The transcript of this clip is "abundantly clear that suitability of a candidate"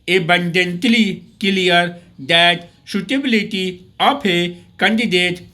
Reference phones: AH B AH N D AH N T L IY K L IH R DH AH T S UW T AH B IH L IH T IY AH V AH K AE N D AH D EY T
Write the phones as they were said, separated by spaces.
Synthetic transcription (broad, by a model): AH B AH N D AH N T L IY K L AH R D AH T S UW T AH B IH L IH T IY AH P AH K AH N D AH D EY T